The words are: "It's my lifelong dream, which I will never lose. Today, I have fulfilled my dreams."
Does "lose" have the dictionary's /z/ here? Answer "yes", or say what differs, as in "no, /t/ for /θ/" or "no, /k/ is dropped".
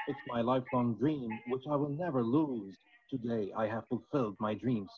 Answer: yes